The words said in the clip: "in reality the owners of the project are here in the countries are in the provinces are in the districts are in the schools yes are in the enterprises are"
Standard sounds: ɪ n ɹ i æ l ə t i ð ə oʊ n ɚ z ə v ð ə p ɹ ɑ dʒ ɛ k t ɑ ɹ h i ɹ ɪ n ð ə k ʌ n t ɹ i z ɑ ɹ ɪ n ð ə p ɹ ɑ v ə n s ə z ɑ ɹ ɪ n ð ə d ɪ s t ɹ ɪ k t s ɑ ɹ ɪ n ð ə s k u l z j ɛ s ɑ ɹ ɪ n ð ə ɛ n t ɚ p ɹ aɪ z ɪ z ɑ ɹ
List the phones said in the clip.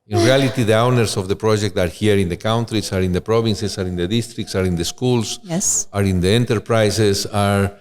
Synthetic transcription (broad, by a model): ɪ n ɹ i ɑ l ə t i ð ə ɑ n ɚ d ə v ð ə p ɹ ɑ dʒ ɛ k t ɑ ɹ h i ɹ ɪ n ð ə k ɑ n t ɹ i s ɑ ɹ ɪ n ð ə p ɹ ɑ b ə n s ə s ɑ ɹ ɪ n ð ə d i s t ɹ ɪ k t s ɑ ɹ ɪ n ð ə s k u l s j ɛ s ɑ ɹ ɪ n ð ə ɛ n t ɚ p ɹ aɪ s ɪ s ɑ ɹ